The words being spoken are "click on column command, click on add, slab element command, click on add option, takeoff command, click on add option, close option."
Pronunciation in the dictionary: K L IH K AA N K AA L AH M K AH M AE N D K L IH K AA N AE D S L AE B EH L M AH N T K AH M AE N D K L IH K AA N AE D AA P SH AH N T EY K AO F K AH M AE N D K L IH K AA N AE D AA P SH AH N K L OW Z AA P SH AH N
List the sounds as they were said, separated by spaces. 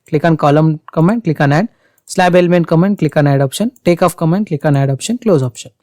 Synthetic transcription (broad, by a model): K L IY K AA N K AA L AH M K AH M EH N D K L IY K AA N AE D S L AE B EH L M AH N T K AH M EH N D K L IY K AA N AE D AA P SH AH N T EY K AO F K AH M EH N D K L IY K AA N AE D AA P SH AH N K L OW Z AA P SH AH N